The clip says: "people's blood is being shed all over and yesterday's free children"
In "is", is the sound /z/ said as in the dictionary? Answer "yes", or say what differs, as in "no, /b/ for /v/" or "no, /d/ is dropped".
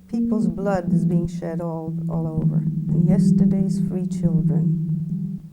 yes